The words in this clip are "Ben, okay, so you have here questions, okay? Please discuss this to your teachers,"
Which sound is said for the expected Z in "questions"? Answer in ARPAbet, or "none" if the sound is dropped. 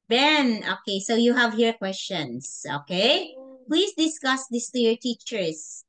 S